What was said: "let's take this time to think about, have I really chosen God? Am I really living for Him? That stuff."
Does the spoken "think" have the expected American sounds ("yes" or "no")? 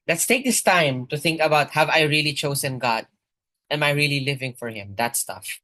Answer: yes